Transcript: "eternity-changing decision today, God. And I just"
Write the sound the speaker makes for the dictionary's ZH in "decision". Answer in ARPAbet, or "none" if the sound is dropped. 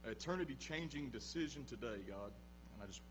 ZH